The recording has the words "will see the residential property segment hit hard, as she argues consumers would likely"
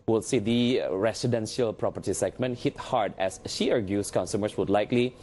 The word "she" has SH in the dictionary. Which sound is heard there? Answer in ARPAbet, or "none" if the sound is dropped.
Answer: SH